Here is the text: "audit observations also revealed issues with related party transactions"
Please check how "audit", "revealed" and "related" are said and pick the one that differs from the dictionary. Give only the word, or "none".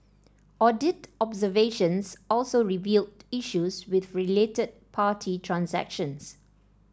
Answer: none